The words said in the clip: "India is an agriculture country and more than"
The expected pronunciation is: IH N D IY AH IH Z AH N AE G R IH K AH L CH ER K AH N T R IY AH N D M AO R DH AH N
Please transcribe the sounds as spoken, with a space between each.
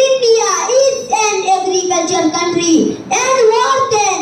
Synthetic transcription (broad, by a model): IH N D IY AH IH S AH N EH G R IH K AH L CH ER K AH N T R IY AH N D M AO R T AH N